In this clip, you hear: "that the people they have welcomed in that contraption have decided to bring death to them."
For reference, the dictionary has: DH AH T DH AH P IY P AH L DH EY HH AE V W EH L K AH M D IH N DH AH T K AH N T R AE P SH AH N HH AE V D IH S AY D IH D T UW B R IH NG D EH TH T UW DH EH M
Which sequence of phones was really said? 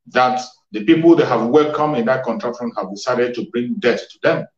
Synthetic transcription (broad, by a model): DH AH T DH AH P IY P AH L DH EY HH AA V W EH L K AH M IH N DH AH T K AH N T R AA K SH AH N HH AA V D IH S AY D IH D T UW B R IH NG D EH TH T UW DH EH M